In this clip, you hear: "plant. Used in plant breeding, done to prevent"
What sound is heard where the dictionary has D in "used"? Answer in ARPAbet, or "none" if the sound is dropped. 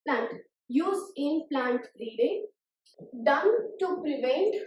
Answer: none